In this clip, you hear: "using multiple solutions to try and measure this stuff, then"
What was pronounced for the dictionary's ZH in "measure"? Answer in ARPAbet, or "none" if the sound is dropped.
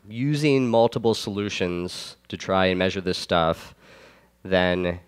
ZH